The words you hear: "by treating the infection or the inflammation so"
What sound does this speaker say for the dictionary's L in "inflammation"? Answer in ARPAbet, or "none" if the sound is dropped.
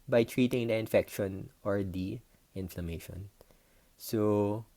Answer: L